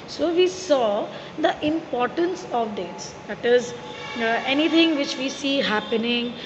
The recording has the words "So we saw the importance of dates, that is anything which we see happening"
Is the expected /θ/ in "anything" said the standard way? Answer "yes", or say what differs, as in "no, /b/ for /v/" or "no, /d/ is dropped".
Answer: no, /t/ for /θ/